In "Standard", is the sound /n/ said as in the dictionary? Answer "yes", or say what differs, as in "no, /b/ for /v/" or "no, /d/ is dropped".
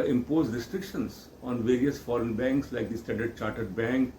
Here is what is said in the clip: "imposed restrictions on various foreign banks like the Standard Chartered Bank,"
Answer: no, /n/ is dropped